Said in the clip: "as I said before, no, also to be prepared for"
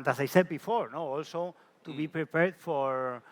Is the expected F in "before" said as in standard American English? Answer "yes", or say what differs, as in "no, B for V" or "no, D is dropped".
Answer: yes